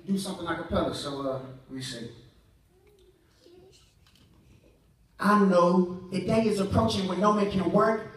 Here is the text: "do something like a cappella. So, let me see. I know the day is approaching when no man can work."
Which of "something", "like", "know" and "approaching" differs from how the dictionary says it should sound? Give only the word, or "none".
like